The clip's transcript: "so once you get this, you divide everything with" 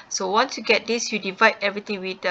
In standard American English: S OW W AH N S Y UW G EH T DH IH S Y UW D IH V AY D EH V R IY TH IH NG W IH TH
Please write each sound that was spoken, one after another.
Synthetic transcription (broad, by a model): S OW W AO N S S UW G EH T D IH S Y UW D IH V AY D EH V R IY T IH NG W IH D